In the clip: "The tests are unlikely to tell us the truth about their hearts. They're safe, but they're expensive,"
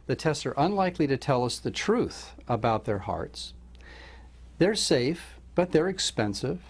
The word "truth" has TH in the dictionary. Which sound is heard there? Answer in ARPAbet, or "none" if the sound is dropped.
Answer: TH